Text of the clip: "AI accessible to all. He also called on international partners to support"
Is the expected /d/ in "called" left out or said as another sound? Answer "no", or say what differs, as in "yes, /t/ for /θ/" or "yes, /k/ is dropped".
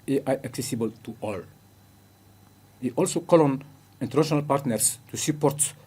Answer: yes, /d/ is dropped